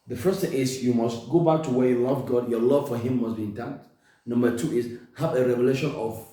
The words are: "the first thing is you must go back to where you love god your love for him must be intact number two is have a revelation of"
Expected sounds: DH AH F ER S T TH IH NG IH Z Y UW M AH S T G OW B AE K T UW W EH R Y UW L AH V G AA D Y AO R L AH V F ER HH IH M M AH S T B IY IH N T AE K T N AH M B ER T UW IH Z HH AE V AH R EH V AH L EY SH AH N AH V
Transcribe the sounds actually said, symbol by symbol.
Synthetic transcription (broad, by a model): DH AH F ER S T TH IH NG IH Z Y UW M AH S T G OW B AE K T UW W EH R Y UW L AH V G AA D Y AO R L AH V F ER HH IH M M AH S B IY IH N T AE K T N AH M B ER T UW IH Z HH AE V AH R EH V AH L EY SH AH N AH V